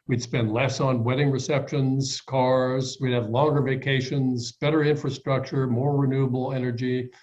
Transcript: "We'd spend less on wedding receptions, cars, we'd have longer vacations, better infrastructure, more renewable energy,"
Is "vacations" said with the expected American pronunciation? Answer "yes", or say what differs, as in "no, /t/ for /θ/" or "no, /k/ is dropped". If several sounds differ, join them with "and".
yes